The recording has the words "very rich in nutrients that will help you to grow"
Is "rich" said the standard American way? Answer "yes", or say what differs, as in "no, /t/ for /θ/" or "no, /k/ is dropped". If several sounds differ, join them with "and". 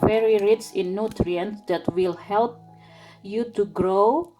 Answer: no, /s/ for /tʃ/